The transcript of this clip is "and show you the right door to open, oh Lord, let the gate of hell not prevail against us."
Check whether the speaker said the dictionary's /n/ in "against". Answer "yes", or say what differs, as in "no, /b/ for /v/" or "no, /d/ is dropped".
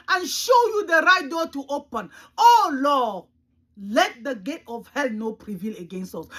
yes